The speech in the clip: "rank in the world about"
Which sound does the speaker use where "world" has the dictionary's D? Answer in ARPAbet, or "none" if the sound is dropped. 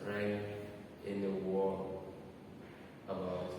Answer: none